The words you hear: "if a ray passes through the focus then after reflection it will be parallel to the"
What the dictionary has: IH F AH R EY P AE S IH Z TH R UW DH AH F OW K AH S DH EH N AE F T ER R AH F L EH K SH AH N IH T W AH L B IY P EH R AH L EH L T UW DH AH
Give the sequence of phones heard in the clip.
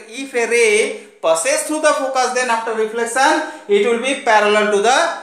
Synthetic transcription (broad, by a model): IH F AH R EY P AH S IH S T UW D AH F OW K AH S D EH N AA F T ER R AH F L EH K S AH N IH T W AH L B IY P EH R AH L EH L T UW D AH